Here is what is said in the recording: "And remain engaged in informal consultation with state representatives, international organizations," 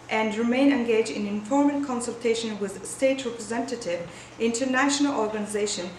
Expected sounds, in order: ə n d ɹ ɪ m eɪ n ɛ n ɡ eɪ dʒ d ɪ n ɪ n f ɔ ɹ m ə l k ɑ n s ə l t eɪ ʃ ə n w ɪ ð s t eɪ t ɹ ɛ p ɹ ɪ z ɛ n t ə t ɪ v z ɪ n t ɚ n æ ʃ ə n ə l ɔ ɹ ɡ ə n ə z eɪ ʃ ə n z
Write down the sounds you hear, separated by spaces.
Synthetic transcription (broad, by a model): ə n d ɹ ɪ m eɪ n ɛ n ɡ eɪ dʒ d ɪ n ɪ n f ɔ ɹ m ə n k ɑ n s ə l t eɪ ʃ ə n w ɪ ð s t eɪ t ɹ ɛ p ɹ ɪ z ɛ n t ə t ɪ v ɪ n t ɚ n æ ʃ ə n ə l ɔ ɹ ɡ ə n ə z eɪ ʃ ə n